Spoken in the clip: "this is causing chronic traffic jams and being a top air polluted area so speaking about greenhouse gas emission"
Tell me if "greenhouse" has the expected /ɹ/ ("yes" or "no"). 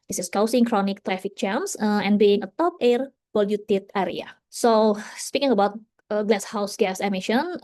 no